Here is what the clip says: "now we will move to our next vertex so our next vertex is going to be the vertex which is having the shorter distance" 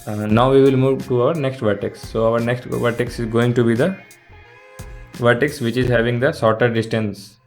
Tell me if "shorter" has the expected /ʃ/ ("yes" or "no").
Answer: no